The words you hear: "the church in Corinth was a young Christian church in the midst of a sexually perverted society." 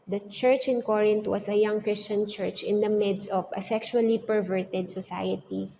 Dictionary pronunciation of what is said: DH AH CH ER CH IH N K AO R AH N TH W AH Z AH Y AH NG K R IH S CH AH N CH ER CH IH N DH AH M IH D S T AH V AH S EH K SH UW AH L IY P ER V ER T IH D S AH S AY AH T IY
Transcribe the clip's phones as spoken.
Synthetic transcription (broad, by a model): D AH CH ER CH IH N K AO R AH N T W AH S AH Y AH NG K R IH S CH AH N CH ER CH IH N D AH M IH D S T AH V AH S EH K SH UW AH L IY P ER V ER T IH D S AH S AY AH T IY